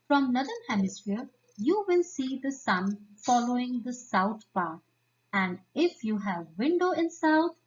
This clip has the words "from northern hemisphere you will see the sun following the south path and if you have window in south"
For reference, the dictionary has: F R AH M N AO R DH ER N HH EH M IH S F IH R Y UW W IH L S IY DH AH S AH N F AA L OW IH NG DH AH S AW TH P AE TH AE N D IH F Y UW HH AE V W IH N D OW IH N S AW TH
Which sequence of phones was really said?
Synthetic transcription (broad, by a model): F R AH M N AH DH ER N HH EH M IH S F IH R Y UW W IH L S IY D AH S AH N F AA L OW IH NG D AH S AW T P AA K AE N D IH F Y UW HH AE V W IH N D OW IH N S AW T